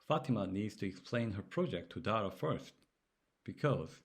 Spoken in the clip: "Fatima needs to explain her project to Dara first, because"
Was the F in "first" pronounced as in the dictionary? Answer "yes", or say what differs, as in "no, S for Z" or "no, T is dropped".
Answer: yes